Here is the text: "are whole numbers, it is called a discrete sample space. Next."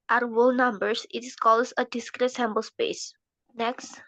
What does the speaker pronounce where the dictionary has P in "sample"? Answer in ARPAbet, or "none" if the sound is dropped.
B